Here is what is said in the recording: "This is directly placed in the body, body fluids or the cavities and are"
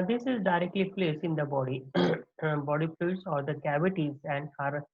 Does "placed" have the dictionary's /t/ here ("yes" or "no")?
no